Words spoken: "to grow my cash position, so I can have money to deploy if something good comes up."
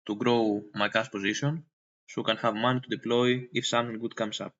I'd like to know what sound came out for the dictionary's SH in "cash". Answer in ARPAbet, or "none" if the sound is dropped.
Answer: S